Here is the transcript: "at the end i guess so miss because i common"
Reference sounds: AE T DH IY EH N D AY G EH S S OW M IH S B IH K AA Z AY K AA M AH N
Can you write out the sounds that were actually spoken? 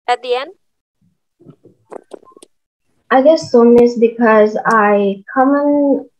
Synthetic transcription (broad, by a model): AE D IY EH N AY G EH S S OW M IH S B IH K AA Z AY K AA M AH N